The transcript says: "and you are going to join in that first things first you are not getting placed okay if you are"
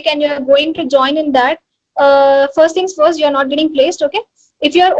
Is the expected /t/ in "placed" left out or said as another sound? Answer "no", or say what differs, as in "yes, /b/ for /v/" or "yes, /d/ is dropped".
no